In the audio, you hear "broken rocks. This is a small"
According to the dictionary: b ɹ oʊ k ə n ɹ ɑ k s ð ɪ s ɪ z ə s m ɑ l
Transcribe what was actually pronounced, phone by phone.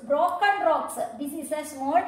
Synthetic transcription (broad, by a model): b ɹ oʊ k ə n ɹ ɑ k s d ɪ s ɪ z ə s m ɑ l